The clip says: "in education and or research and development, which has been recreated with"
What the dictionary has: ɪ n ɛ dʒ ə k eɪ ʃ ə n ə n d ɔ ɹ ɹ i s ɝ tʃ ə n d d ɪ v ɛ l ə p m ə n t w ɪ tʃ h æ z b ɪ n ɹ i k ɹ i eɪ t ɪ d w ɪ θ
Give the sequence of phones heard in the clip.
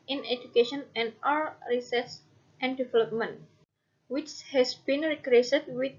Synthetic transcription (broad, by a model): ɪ n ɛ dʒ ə k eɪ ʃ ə n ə n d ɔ l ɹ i s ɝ s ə n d d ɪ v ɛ l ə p m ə n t w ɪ tʃ h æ s b ɪ n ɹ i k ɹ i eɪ s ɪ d w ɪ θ